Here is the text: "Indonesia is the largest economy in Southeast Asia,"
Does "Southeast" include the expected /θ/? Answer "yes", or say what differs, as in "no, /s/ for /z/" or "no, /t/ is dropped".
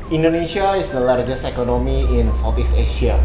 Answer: no, /f/ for /θ/